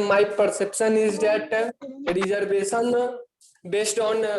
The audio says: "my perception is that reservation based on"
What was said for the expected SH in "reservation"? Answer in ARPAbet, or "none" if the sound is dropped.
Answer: S